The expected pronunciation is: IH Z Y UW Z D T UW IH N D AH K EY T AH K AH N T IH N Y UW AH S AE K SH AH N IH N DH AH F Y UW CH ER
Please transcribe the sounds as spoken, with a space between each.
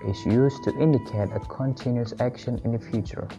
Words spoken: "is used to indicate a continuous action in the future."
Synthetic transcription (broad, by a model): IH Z Y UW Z T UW IH N D AH K EY T AH K AH N T IH N Y UW AH S AE K SH AH N IH N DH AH F Y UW CH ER